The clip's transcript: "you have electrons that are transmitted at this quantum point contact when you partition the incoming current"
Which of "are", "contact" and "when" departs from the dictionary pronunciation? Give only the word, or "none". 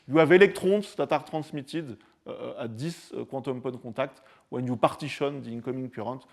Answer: contact